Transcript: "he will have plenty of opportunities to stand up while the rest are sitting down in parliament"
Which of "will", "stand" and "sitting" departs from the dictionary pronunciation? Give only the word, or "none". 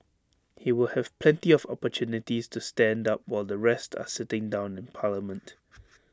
none